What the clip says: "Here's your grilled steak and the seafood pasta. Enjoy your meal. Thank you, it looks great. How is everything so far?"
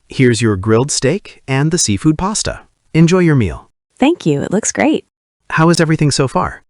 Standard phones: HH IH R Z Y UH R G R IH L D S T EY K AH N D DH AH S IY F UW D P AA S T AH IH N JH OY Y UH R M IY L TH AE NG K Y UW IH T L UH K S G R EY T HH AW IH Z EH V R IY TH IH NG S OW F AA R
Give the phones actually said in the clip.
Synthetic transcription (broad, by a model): HH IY R Z Y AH R G R IH L D S T EY K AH N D DH AH S IY F UW D P AA S T AH IH N JH OY Y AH R M IY L TH AE NG K Y UW IH T L UH K S G R EY T HH AW IH Z EH V R IY TH IH NG S OW F AA R